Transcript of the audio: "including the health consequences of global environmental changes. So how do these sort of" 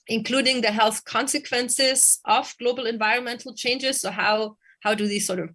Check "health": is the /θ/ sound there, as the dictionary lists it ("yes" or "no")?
yes